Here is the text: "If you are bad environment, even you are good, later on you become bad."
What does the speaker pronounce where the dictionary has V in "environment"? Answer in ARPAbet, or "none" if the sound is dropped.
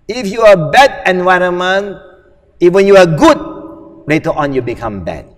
W